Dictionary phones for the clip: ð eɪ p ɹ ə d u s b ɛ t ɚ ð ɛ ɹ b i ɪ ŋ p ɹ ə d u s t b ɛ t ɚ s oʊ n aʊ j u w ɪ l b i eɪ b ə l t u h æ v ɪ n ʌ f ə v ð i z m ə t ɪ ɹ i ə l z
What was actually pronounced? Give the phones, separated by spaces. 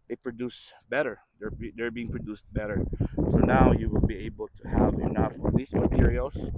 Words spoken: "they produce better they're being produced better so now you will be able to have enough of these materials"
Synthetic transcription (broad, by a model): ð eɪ p ɹ ə d u s b ɛ t ɚ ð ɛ ɹ b i ɪ ŋ p ɹ ə d u s t b ɛ t ɚ s oʊ n aʊ j u w ɪ l b i eɪ b ə l t u h æ v ɪ n ʌ f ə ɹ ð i s m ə t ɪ ɹ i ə l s